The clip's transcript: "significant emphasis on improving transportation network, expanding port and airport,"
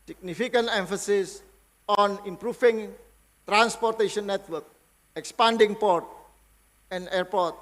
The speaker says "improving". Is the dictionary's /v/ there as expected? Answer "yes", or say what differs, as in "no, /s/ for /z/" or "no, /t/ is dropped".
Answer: no, /f/ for /v/